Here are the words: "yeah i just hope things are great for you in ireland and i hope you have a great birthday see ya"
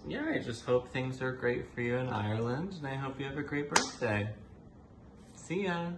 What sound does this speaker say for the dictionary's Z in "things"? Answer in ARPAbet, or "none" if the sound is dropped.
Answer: Z